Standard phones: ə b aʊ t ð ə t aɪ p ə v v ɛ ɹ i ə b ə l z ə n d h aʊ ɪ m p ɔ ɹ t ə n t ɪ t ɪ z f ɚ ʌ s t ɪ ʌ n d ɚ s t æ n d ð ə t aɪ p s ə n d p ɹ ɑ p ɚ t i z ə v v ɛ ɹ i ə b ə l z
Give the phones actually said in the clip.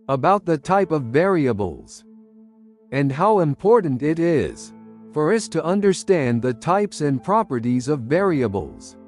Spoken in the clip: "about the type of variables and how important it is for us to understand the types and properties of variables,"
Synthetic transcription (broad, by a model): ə b aʊ t ð ə t aɪ p ə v v ɛ ɹ i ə b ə l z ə n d h aʊ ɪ m p ɔ ɹ t n t ɪ t ɪ z f ɚ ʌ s t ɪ ʌ n d ɚ s t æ n ð ə t aɪ p s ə n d p ɹ ɑ p ɚ t i z ə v v ɛ ɹ i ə b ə l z